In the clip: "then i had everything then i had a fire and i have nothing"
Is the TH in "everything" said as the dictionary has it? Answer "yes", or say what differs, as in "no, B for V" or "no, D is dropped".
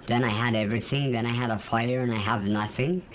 yes